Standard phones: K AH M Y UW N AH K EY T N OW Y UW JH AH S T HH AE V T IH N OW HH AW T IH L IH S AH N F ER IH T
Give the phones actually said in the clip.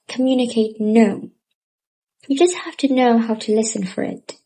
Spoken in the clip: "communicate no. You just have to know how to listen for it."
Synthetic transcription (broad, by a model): K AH M Y UW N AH K EY T N OW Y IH JH AH S T HH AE F T IH N OW HH AW T IH L IH S AH N F ER IH T